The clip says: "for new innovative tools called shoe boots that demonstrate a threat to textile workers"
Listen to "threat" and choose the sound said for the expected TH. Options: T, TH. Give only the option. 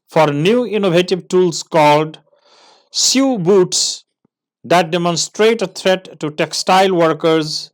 T